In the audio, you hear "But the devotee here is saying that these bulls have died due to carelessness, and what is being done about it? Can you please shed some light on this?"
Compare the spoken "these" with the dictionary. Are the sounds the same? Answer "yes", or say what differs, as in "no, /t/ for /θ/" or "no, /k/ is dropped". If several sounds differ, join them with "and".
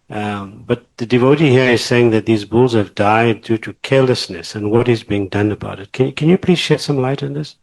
yes